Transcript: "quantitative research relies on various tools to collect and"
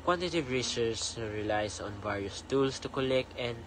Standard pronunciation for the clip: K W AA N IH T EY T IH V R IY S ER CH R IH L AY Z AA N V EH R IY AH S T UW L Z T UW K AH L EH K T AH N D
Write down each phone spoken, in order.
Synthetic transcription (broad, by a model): K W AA N T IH T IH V R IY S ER S R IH L AY S AA N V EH R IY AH S T UW L S T UW K AH L EH K T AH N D